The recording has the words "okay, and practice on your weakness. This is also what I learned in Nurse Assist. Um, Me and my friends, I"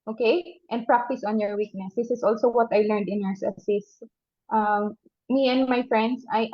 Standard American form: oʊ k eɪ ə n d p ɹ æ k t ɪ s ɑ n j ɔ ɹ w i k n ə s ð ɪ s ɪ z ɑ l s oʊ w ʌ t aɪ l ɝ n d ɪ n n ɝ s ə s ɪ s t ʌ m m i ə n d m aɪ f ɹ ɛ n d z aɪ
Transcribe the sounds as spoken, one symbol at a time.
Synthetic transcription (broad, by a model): oʊ k eɪ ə n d p ɹ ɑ k t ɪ s ɑ n j ɔ ɹ w i k n ə s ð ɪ s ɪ s ɑ l s oʊ w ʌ t aɪ l ɝ n d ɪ n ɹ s ə s ɪ s t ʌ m m i ə n d m aɪ f ɹ ɛ n d s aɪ